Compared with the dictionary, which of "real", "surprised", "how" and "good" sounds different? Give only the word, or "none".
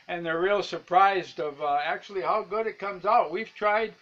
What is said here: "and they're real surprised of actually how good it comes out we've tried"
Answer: none